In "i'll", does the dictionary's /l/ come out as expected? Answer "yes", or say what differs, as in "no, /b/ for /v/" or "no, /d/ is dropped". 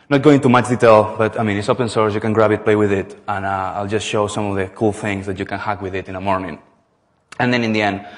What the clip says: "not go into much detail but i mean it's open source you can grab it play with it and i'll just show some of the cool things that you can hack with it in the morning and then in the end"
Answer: yes